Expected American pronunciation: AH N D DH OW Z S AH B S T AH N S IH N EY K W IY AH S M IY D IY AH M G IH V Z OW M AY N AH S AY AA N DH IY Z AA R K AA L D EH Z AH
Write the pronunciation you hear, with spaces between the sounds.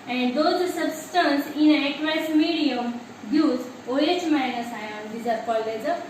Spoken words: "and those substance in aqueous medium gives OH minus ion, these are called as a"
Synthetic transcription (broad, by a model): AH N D OW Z S AH B S T AH N S IH N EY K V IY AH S M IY D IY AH M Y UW Z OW M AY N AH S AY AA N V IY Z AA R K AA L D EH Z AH